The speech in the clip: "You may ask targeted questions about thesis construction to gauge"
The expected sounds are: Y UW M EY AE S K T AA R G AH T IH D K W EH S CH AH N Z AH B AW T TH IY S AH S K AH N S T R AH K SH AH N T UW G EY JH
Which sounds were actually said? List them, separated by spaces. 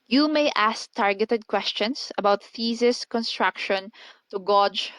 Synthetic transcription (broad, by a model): Y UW M EY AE S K T AA R G AH T IH D K W EH S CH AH N S AH B AW T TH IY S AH S K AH N S T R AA K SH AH N T UW G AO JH